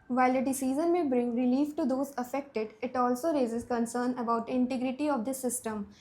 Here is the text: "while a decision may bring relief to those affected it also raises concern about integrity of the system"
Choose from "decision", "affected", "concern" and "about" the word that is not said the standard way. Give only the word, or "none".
decision